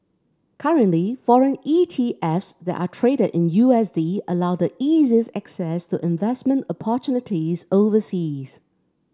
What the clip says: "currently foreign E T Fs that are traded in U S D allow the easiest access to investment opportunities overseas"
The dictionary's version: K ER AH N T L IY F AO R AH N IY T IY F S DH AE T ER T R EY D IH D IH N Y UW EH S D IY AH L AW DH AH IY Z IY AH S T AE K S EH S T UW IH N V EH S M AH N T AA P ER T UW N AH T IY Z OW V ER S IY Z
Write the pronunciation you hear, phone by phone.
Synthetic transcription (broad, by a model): K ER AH N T L IY F AO R AH N IY T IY F S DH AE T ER T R EY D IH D IH N Y UW EH S D IY AH L AW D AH IY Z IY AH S AE K S EH S T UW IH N V EH S M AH N T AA P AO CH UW N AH T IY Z OW V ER S IY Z